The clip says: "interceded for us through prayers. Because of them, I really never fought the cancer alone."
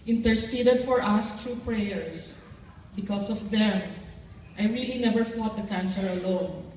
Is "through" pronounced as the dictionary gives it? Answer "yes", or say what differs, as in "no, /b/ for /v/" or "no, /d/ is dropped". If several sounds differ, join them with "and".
no, /t/ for /θ/